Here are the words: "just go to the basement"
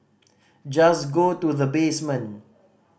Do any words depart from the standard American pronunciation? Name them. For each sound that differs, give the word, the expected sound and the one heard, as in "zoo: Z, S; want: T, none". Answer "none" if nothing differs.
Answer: basement: T, none